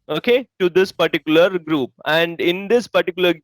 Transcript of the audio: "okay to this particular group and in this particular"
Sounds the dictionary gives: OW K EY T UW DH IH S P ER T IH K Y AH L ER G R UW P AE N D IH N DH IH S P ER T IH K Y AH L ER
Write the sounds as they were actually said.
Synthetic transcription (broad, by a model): OW K EY T UW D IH S P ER T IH K Y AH L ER G R UW P AE N D IH N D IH S P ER T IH K Y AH L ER